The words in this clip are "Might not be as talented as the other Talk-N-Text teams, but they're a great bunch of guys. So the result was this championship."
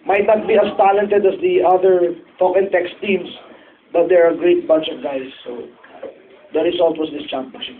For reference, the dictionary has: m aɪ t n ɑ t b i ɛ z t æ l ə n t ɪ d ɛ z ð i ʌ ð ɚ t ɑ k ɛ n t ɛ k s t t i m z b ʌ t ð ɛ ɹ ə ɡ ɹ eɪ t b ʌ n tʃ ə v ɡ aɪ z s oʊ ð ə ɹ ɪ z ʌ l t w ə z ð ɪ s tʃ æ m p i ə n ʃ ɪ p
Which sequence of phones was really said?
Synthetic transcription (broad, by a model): m aɪ t n ɑ t b i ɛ s t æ l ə n t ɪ d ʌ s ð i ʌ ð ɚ t ɑ k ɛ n t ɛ k s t t i m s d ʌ t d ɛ ɹ ə ɡ ɹ eɪ t b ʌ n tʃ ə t ɡ aɪ s oʊ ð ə ɹ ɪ s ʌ l t w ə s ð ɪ s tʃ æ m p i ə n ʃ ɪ